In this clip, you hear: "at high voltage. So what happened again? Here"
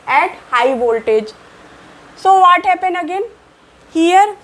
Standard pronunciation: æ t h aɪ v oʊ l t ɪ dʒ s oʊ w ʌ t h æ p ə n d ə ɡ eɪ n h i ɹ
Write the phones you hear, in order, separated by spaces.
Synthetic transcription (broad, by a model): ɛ t h aɪ v oʊ l t ɪ dʒ s oʊ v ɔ t h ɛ p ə n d ə ɡ eɪ n h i ɹ